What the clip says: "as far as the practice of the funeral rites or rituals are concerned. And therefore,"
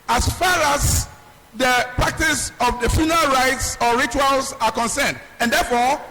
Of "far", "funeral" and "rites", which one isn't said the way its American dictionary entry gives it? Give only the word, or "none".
none